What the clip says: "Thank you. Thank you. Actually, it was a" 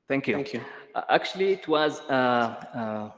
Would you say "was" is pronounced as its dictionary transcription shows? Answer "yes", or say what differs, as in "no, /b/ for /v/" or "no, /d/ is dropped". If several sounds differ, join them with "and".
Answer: yes